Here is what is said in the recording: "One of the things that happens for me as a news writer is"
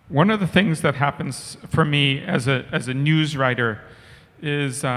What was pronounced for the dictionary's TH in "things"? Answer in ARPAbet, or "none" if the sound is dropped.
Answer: TH